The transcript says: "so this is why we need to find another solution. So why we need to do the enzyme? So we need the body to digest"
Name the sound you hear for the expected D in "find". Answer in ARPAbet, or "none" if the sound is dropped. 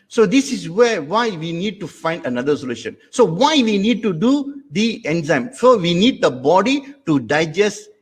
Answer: D